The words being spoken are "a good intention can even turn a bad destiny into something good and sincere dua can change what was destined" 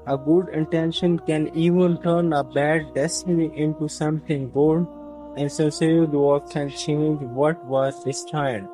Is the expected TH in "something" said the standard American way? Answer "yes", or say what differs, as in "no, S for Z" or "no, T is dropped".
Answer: no, T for TH